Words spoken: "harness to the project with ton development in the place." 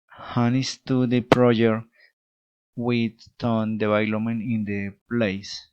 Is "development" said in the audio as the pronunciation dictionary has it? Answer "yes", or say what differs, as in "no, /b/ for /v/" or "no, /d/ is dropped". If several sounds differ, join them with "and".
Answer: no, /b/ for /v/ and /p/ is dropped and /t/ is dropped